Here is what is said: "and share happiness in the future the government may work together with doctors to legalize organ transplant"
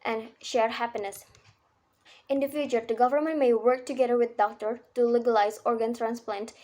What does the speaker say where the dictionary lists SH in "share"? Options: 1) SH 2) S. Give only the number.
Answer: 1